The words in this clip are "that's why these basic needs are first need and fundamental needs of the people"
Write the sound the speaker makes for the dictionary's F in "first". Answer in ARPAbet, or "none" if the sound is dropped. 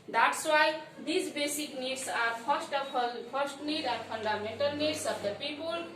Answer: P